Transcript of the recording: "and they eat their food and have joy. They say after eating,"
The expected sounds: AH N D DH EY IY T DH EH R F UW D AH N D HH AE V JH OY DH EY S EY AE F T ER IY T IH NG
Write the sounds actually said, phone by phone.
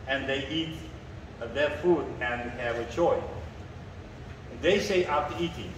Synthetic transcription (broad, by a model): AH N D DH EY IY T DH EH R F UW D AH N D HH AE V CH OY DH EY S EY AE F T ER IY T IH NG